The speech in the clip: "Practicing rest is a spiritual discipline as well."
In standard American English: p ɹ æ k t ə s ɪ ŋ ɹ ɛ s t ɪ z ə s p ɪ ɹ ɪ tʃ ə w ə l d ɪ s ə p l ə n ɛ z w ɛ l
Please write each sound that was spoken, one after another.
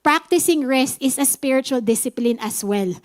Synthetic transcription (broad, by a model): p ɹ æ k t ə s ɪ ŋ ɹ ɛ s t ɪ s ə s p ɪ ɹ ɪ tʃ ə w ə l d ɪ s ə p l ə n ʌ s w ɛ l